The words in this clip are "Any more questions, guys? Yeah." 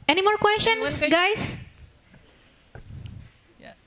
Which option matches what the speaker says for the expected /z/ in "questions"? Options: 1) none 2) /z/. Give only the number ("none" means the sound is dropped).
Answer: 1